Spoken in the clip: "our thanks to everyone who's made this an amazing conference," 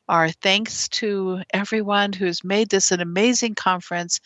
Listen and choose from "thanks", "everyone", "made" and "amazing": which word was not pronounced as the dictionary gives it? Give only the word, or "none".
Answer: none